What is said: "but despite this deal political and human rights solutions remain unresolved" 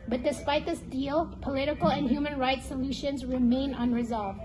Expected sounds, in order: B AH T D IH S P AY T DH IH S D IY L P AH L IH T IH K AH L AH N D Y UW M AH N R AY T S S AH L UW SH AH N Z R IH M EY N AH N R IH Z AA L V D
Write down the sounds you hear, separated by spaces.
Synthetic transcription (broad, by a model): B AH T D IH S P AY T DH IH S D IY L P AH L IH T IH K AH L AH N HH Y UW M AH N R AY T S S AH L UW SH AH N Z R IH M EY N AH N R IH Z AA L V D